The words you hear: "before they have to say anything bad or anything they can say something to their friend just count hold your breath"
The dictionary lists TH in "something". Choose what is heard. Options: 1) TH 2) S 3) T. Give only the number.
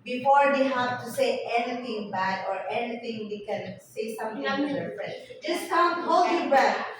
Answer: 3